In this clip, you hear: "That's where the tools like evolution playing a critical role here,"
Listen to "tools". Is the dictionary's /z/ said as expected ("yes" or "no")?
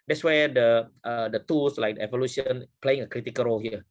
no